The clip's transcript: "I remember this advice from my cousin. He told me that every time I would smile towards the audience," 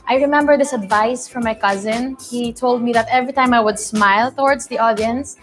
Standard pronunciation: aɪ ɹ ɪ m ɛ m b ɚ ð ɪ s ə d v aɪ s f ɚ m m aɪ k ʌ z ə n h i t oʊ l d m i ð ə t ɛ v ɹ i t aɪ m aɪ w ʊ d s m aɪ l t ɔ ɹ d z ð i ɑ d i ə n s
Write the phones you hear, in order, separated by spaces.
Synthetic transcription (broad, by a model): aɪ ɹ ɪ m ɛ m b ɚ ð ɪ s ə d v aɪ s f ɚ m m aɪ k ʌ z ə n h i t oʊ l d m i ð ə t ɛ v ɹ i t aɪ m aɪ w ʊ d s m aɪ l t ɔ ɹ d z ð i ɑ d i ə n s